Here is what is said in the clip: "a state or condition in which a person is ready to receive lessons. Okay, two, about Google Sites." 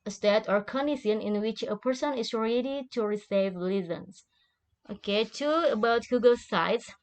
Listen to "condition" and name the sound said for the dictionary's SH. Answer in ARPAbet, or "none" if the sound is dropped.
none